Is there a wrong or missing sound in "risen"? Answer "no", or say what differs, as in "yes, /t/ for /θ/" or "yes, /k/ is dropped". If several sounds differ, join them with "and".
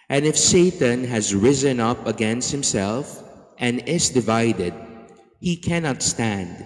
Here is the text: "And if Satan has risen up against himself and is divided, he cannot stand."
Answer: no